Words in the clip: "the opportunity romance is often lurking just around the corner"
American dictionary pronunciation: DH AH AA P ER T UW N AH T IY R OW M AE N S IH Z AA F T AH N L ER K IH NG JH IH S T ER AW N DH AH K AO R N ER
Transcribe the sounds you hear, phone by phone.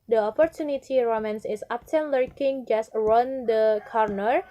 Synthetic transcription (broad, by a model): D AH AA P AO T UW N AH T IY R OW M AE N S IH S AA P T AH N L ER K IH NG JH IH S T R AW N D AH K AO R N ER